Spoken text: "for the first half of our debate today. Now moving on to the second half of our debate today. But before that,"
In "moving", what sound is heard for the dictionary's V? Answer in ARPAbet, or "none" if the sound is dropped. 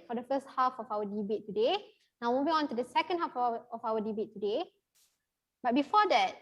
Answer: B